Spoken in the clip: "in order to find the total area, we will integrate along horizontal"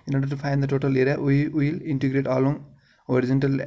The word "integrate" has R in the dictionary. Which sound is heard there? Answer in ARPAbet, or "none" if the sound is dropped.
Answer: R